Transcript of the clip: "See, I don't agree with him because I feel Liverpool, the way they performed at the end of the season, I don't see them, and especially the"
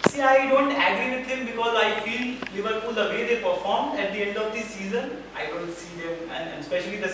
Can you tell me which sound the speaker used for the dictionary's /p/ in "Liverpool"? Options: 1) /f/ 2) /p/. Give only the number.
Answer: 1